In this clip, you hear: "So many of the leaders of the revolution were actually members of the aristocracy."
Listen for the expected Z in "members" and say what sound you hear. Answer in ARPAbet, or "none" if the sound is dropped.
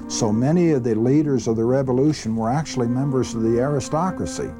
Z